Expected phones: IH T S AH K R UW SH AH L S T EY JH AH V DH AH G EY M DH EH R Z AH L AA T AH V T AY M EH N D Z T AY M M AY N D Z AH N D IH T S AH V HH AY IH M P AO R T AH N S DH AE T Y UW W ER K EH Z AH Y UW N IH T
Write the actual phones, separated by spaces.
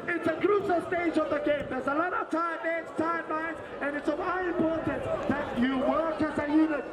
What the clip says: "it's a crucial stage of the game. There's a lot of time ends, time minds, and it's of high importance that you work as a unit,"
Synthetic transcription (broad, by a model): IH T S AH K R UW S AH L S T EY JH AH V DH AH G EY M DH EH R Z AH L AA T AH V T AY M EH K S T AY M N AY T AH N IH T S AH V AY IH M P AO R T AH N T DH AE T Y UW W ER K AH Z AH Y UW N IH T